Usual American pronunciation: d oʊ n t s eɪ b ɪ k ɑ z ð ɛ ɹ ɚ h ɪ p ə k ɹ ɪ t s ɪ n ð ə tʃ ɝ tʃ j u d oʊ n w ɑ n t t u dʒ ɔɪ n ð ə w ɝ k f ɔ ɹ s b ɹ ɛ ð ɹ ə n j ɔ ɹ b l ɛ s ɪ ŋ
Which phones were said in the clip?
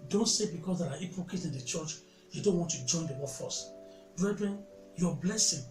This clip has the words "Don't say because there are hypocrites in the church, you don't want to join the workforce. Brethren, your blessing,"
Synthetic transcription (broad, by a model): d oʊ n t s eɪ b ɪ k ɑ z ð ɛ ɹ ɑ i p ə k ɪ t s ɪ n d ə tʃ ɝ tʃ j u d oʊ n w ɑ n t t u dʒ ɔɪ n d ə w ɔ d f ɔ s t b ɹ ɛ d ɹ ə n j ɔ b l ɛ s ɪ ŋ